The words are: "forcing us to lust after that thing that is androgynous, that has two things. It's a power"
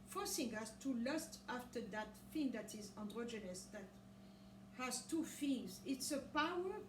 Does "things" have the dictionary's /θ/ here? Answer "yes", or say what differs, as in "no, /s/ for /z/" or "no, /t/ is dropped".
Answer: no, /f/ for /θ/